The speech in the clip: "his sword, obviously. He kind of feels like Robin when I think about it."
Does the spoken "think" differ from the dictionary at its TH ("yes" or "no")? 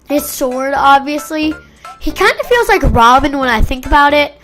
no